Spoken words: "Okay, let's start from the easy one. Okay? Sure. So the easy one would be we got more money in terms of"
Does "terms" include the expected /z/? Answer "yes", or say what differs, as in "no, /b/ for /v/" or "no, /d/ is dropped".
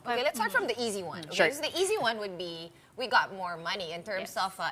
no, /s/ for /z/